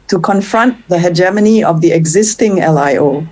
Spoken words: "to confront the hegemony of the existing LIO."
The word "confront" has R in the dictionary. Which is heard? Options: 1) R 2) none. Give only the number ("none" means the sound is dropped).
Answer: 1